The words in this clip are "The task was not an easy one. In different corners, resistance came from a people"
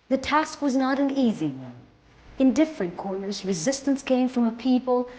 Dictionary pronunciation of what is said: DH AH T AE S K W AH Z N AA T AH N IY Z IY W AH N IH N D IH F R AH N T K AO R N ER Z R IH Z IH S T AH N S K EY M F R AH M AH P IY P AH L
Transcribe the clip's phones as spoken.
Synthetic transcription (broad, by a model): DH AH T AE S K W AH Z N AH T AH N IY Z IY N IH N D IH F R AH N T K AO R N ER Z R IH Z IH S T AH N S K EY M F R AH M AH P IY P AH L